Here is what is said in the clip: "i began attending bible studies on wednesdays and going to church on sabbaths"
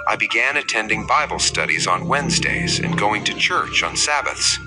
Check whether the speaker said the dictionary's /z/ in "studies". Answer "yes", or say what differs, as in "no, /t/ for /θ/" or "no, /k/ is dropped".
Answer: yes